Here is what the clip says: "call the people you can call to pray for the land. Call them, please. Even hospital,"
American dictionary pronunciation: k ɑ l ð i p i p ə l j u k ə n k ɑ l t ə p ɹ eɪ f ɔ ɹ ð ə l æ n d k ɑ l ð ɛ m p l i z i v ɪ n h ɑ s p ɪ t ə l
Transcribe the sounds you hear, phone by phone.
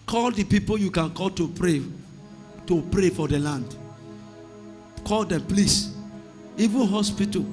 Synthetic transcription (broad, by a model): k ɑ l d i p i p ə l j u k ə n k ɑ l t ə p ɹ eɪ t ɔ ɹ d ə l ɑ n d k ɑ l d ɛ m p l i s i v ɪ n h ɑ s p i t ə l